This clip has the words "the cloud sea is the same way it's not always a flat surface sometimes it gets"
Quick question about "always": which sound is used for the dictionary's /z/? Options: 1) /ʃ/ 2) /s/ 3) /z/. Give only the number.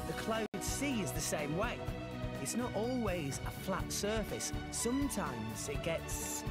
3